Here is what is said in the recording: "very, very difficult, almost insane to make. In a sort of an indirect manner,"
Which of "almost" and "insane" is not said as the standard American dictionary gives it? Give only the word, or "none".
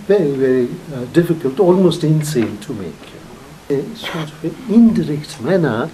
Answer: none